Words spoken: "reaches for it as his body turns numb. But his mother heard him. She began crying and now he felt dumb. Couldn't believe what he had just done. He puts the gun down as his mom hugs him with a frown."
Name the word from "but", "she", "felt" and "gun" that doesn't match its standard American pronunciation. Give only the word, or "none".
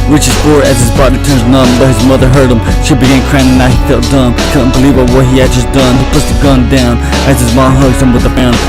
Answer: none